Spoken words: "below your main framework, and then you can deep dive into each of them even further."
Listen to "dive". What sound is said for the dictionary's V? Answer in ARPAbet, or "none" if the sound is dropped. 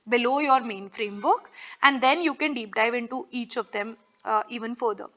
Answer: V